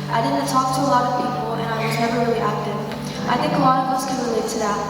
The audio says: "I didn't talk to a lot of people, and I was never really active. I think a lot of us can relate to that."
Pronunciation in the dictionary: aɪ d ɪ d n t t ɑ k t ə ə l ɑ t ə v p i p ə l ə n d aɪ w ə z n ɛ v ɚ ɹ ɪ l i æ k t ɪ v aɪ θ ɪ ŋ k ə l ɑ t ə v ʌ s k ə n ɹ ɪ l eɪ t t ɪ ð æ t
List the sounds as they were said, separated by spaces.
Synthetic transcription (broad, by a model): aɪ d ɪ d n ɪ t ɑ k t ə ə l ɑ t ə v p i p l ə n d aɪ w ə z n ɛ v ɚ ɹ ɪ l i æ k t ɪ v aɪ θ ɪ ŋ k ə l ɑ t ə v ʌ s k ə n ɹ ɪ l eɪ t t ɪ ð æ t